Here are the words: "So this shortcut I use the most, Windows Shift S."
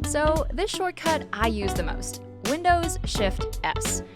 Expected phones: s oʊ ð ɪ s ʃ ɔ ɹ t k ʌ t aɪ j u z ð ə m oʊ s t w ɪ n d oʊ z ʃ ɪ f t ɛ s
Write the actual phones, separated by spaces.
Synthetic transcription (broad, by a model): s oʊ ð ɪ s ʃ ɔ ɹ t k ʌ t aɪ j u z ð ə m oʊ s t w ɪ n d oʊ z ʃ ɪ f t ɛ s